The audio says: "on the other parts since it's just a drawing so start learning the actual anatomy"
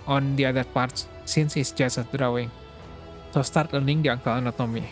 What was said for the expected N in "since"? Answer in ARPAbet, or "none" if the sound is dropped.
N